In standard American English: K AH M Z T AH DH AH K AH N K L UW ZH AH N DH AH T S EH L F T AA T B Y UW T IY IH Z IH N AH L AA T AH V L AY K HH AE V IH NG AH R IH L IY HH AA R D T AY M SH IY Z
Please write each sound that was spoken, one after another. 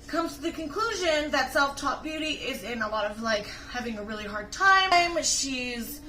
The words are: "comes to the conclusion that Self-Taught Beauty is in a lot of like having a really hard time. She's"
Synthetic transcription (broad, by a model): K AH M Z T AH DH AH K AH N K L UW ZH AH N DH AH T S EH L F T AA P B Y UW T IY IH Z IH N AH L AA T AH V L AY K HH AE V IH NG AH R IH L IY HH AA R D T AY M SH IY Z